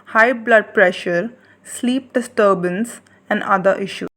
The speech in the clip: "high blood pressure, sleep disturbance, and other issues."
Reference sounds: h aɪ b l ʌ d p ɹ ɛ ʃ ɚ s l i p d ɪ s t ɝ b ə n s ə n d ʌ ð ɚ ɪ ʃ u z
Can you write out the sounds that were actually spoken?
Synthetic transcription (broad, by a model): h aɪ b l ʌ d p ɹ ɛ ʃ ɚ s l i p d ɪ s t ɝ b ə n s ə n d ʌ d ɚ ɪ ʃ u